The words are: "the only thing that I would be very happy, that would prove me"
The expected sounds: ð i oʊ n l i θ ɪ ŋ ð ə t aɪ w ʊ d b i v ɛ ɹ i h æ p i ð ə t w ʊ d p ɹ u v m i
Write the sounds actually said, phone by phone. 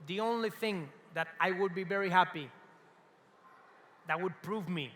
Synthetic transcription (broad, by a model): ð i oʊ n l i θ ɪ ŋ ð ə t aɪ w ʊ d b i v ɛ ɹ i h æ p i ð ə t w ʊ d p ɹ u v m i